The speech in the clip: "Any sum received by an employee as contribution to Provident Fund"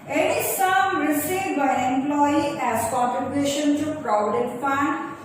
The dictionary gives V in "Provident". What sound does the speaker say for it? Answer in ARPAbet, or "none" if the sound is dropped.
none